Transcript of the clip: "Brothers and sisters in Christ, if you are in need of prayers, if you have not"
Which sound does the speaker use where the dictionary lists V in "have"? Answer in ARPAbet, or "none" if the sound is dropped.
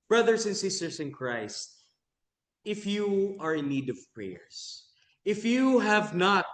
V